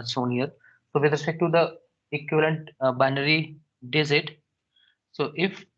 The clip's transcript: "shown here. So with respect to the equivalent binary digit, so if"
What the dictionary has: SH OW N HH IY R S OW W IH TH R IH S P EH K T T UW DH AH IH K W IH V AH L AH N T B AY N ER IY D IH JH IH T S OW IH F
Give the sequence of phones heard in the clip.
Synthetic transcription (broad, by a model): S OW N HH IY R S OW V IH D R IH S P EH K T T UW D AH IH K W IH V AH L AH N T B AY N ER IY D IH Z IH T S OW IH F